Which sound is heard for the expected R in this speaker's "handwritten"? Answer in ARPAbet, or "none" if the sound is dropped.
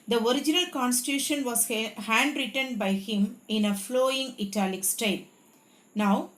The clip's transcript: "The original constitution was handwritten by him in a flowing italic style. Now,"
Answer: R